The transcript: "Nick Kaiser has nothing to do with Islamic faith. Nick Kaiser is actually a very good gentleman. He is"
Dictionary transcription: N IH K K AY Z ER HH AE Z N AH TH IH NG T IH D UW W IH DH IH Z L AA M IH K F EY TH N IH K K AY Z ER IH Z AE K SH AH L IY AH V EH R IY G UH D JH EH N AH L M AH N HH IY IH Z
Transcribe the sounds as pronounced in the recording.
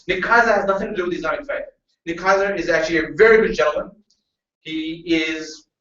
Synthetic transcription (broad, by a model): N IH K K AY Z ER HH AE Z N AH TH IH NG T IH D UW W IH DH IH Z AA IH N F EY T N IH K K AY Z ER IH Z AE K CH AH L IY AH V EH R IY G UH D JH EH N L M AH N HH IY IH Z